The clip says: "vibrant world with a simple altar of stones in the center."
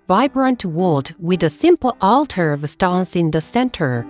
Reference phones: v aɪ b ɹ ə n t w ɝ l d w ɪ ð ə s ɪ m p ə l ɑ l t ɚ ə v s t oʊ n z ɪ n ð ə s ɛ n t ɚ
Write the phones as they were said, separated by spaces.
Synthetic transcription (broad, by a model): v aɪ b ɹ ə n t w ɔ l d w ɪ ð ə s ɪ m p l ɑ l t ɚ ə v s t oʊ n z ɪ n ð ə s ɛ n t ɚ